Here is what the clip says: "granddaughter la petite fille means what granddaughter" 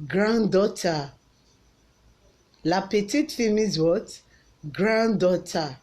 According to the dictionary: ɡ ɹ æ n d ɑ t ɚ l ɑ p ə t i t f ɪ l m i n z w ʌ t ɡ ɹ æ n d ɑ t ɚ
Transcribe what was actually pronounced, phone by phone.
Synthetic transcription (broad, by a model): ɡ ɹ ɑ n d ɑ t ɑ l ɑ p ə t i t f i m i z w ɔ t ɡ ɹ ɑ n d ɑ t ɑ